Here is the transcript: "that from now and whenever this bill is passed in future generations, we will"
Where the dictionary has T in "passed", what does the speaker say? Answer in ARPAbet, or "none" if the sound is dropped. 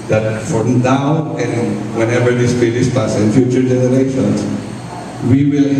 none